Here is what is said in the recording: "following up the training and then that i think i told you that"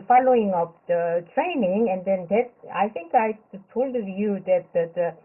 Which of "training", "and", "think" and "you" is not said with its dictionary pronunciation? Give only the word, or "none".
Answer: think